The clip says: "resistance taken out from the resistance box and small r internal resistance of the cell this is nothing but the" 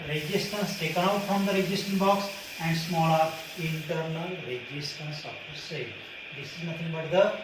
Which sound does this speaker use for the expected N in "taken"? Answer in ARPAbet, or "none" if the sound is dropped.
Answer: none